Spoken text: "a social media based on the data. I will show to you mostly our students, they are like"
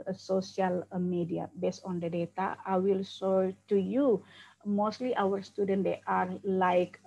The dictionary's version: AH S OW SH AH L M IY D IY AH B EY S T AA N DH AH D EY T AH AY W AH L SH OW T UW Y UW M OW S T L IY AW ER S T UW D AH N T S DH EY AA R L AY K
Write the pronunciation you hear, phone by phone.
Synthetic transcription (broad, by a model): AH S OW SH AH L M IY D IY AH B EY S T AA N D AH D EY T AH AY W AH L S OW T UW Y UW M OW S T L IY AW ER S T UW D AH N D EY AA R L AY K